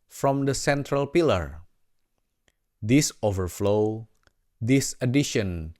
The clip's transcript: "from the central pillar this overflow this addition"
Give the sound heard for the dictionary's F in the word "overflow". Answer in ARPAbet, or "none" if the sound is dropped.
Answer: F